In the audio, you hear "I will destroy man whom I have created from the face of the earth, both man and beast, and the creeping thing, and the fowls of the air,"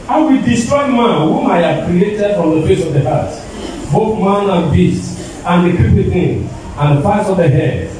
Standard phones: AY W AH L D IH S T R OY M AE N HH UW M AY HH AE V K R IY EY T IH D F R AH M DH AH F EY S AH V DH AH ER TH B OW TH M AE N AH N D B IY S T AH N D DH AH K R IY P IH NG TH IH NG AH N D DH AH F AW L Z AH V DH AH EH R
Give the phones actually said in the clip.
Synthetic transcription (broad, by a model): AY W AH D IH S T R OY M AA N HH UW M AY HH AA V K R IY EY T IH D F R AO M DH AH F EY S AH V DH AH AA T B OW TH M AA N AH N B IY S T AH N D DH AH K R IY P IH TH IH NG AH N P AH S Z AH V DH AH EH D